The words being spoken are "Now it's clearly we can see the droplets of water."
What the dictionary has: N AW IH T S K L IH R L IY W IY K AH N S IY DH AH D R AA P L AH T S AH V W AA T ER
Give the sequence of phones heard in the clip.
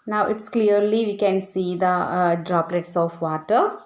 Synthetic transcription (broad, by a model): N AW IH T S K L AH R L IY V IY K AH N S IY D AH D R AA P L AH T S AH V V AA T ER